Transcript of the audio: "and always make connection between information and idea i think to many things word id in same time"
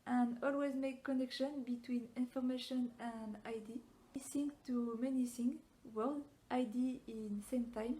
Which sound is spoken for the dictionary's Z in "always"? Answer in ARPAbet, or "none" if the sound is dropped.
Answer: Z